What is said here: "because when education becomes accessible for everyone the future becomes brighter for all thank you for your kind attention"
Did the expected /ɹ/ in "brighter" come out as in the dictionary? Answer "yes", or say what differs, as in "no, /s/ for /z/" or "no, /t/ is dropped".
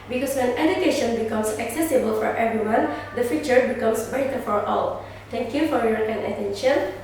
no, /ɹ/ is dropped